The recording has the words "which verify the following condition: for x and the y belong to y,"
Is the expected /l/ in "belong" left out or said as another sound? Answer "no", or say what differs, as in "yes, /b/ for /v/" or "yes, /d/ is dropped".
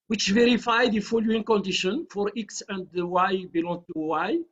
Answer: no